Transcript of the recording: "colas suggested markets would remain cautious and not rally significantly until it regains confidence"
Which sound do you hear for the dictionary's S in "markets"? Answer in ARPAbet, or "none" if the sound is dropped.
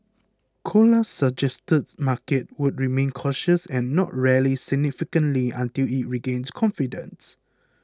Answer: none